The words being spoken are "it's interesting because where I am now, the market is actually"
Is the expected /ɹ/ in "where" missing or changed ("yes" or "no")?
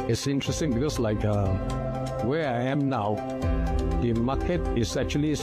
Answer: yes